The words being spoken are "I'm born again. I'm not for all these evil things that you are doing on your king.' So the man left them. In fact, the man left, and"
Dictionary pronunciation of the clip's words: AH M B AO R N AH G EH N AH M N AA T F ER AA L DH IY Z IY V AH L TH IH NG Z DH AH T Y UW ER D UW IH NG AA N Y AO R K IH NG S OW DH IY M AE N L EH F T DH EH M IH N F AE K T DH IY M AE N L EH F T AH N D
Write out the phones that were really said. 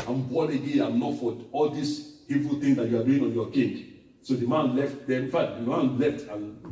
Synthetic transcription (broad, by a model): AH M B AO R AH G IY AH M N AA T F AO AA L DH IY S IY V AH L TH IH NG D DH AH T Y UW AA D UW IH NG AA N Y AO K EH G S OW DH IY M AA N L EH F T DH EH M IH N F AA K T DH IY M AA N L EH F T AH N